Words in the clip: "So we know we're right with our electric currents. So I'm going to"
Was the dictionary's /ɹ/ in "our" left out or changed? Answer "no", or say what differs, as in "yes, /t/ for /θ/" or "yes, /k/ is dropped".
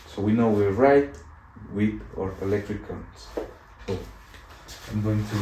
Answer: no